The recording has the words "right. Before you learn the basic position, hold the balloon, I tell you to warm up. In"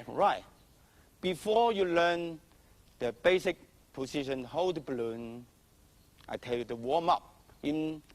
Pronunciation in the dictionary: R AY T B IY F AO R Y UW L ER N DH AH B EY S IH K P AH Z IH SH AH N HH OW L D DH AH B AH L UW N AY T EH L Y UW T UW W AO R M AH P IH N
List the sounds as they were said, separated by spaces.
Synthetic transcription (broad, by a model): R AY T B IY F AO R Y UW L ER N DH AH B EY S IH K P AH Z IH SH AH N HH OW D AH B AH L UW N AY T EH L Y UW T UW W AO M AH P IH N